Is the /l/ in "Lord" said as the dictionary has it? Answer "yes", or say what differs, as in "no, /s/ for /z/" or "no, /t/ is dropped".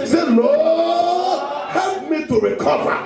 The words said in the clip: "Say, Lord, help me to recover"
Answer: no, /n/ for /l/